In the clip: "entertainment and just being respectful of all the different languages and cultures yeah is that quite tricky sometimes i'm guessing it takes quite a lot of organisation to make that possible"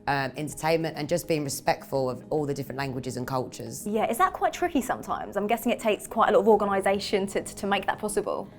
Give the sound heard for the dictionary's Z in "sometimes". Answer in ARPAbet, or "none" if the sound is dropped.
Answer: Z